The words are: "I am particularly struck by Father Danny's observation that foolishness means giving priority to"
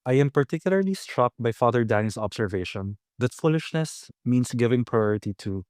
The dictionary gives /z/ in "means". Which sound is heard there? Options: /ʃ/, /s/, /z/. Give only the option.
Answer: /s/